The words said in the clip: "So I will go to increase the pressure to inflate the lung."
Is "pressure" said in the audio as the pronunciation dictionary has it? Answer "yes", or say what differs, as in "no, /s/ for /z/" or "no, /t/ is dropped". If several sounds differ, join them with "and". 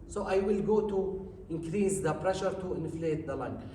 yes